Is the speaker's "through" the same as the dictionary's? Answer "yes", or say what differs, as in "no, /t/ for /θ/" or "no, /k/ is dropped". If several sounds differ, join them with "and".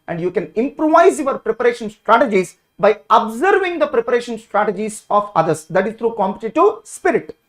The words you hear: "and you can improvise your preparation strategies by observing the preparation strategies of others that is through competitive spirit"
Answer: no, /t/ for /θ/